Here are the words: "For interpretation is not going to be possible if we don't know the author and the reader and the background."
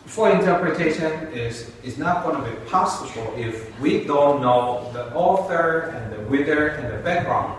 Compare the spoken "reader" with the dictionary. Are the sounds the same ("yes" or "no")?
no